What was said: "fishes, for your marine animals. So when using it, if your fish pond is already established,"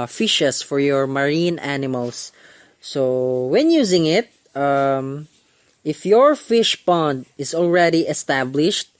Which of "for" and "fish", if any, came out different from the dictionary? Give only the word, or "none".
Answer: none